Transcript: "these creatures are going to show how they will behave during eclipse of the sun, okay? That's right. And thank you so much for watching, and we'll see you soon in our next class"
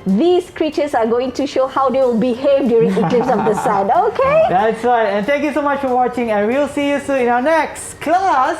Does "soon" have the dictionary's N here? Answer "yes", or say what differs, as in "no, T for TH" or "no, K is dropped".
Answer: no, N is dropped